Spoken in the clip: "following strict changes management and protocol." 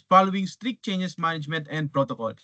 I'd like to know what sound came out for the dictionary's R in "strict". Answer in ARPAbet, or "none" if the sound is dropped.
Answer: R